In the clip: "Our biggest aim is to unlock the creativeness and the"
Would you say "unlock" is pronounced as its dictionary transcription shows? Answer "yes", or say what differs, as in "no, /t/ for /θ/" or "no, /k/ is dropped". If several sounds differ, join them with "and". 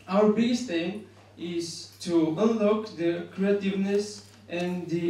yes